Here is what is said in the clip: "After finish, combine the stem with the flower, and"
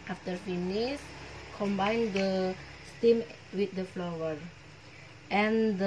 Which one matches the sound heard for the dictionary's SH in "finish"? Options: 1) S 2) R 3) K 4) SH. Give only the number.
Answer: 1